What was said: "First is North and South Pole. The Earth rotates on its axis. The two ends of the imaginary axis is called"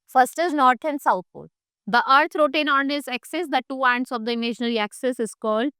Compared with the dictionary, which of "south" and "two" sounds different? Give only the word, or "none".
south